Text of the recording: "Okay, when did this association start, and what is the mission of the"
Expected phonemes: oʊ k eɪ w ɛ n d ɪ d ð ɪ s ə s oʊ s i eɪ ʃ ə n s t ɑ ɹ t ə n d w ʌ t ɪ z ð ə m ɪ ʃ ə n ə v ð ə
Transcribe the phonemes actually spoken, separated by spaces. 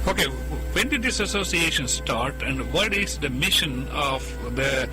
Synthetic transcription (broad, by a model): oʊ k eɪ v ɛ n d ɪ d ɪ s ə s oʊ s i eɪ ʃ ə n s t ɑ ɹ t ə n d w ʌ t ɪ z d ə m ɪ ʃ ə n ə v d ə